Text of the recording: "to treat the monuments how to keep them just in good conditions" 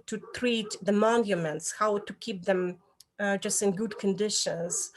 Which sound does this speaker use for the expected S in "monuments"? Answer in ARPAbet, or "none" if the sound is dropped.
S